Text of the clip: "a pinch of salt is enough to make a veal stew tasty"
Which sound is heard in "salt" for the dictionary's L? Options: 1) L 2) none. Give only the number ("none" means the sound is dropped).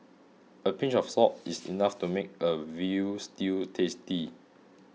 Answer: 2